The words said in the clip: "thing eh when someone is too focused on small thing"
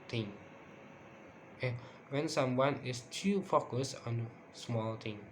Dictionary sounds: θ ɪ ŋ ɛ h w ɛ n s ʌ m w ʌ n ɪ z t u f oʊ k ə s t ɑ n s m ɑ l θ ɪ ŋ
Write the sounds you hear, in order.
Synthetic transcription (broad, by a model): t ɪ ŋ ɛ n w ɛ n s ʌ m w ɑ n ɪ s t u f oʊ k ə s ɑ n s m ɑ l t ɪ ŋ